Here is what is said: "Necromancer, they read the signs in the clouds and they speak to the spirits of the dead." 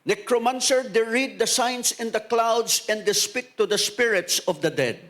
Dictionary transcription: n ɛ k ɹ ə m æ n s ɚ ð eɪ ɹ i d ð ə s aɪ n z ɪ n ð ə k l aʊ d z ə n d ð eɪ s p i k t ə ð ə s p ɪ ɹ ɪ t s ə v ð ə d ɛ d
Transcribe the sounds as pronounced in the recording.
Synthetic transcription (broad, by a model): n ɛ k ɹ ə m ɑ n s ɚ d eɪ ɹ i d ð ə s aɪ n s ɪ n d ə k l aʊ d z ə n d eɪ s p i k t ə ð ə s p ɪ ɹ ɪ t s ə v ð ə d ɛ d